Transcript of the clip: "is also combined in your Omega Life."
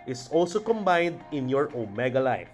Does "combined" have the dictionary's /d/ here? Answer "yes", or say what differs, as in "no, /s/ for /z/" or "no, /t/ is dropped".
yes